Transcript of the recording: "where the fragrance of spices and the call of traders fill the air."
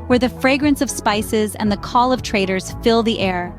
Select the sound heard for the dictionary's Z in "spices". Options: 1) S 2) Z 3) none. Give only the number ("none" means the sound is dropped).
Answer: 2